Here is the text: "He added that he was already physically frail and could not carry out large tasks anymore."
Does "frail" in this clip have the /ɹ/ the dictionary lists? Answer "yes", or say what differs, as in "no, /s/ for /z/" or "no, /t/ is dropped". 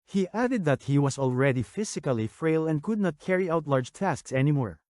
yes